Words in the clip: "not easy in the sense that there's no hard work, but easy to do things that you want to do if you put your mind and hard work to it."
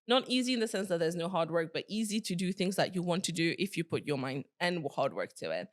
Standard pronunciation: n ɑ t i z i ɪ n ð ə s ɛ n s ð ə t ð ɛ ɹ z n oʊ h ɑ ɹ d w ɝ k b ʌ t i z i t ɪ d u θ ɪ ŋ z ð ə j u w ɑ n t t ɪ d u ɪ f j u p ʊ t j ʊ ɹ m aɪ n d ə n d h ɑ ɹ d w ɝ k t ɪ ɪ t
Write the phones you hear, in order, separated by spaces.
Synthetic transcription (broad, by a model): n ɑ t i z i ɪ n ð ə s ɛ n s ð ə t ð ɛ ɹ z n oʊ h ɑ ɹ d w ɝ k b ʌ t i z i t ɪ d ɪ θ ɪ ŋ z ð ə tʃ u w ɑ n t t ɪ d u ɪ f j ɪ p ʊ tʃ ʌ ɹ m aɪ n d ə n h ɑ ɹ d w ɝ k t ɪ ɪ t